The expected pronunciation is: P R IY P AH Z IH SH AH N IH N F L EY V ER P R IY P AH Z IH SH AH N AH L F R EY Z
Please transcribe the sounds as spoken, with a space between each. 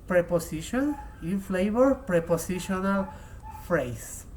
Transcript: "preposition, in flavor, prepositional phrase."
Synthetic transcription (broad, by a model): P R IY P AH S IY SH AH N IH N F L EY B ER P R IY P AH S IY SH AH N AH L F R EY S